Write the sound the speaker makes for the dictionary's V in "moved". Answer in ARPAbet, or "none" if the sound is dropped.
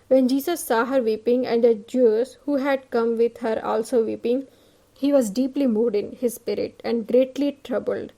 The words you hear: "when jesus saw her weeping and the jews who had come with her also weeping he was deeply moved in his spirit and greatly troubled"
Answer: none